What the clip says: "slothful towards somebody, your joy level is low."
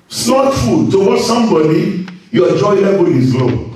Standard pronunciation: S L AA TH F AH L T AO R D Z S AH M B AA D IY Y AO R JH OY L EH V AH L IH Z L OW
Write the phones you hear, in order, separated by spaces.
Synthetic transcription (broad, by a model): S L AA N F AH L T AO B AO S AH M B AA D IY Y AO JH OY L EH B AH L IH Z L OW